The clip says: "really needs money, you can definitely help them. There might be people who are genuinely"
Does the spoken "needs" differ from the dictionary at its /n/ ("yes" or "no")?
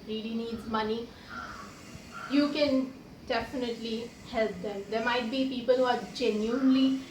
no